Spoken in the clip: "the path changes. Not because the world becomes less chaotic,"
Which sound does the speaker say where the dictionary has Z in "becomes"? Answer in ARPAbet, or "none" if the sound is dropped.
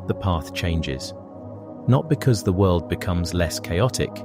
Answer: Z